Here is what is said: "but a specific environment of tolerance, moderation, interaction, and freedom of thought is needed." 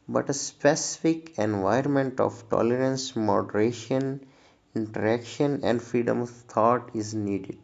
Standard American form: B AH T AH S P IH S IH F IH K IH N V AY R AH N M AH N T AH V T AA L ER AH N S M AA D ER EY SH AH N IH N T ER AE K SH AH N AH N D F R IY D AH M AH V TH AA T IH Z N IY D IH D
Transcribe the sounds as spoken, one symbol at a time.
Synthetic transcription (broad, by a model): B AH T AH S P IH S IH F IH K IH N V AY AH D M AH N T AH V T AA L ER AH N S M AA D ER EY SH AH N IH N T ER AE K SH AH N AH N D F R IY D AH M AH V T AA T IH Z N IY D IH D